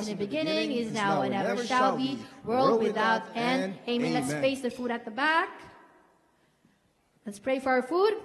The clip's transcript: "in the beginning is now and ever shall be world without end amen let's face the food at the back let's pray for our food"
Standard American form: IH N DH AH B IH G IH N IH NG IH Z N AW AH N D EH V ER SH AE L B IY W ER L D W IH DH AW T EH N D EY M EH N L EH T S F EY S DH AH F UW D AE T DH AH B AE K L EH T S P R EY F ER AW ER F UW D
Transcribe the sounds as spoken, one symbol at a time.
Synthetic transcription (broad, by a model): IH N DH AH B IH G IH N IH NG IH Z N AW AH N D EH V ER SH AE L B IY W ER L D W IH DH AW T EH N EY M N L EH T S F EY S DH AH F UW D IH T DH AH B AE K L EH T S P R EY F ER AW ER F UW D